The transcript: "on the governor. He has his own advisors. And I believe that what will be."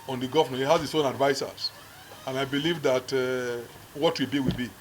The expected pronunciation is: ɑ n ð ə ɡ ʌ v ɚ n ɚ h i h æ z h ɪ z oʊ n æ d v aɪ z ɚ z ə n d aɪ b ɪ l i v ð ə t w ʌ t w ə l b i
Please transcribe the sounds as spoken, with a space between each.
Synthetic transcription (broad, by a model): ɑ n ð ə ɡ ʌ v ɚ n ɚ h i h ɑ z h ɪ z oʊ n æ d v aɪ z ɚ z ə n aɪ b ɪ l i v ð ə t w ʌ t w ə w b i